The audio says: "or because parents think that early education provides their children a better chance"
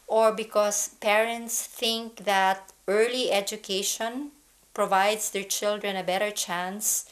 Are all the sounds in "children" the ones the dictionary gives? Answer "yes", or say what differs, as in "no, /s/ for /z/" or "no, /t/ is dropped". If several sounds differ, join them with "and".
yes